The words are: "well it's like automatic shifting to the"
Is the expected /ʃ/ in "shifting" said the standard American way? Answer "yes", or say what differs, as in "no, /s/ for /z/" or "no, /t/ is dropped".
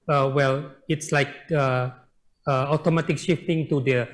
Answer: yes